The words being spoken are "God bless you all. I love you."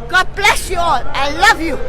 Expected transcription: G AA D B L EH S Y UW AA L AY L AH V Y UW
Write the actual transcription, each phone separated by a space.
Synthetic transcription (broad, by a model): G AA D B L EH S Y UW AA L AY L AH V Y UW